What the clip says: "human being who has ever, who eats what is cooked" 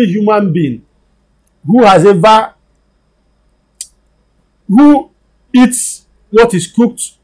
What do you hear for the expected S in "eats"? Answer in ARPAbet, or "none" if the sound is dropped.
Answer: S